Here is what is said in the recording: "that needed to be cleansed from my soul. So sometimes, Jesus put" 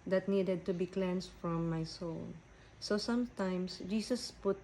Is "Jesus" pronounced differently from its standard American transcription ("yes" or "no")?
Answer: yes